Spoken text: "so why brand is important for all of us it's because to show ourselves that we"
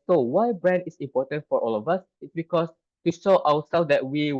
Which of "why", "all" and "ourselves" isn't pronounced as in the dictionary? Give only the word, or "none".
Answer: ourselves